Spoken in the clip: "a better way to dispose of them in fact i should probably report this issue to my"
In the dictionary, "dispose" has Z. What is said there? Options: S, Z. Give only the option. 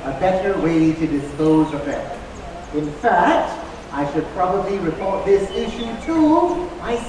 Z